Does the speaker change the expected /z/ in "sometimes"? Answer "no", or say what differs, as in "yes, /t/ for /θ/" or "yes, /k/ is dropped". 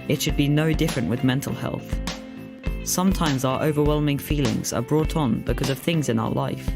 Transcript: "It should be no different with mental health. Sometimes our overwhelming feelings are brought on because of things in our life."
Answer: no